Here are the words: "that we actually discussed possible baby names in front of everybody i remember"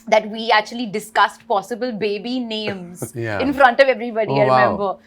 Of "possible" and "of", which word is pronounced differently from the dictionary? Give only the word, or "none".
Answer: none